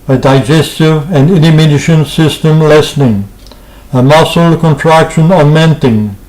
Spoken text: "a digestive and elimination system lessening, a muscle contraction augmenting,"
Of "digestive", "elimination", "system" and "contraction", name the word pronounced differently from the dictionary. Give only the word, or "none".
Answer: elimination